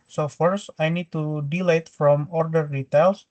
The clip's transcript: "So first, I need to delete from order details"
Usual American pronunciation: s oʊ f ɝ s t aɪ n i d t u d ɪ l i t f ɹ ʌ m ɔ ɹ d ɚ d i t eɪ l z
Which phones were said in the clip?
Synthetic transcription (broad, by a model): s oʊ f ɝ s aɪ n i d t u d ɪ l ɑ t f ɹ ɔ m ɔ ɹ d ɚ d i t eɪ l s